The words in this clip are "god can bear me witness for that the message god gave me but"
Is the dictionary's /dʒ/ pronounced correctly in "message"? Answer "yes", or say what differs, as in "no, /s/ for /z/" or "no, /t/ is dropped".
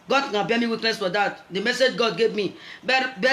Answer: yes